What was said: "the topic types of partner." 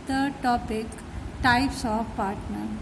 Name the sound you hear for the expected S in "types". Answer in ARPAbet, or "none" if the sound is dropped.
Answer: S